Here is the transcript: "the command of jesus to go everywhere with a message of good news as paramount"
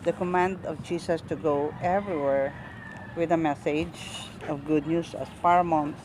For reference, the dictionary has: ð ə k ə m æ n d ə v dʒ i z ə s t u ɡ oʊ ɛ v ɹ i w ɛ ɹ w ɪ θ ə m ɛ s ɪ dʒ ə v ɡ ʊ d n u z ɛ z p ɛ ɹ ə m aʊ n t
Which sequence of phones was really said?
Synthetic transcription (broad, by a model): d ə k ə m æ n d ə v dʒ i s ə s t u ɡ oʊ ɛ v ɹ i w ɛ ɹ w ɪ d ə m ɛ s ɪ dʒ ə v ɡ ʊ d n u s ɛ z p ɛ ɹ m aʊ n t